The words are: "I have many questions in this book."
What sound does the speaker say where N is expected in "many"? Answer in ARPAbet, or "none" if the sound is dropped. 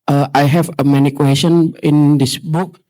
N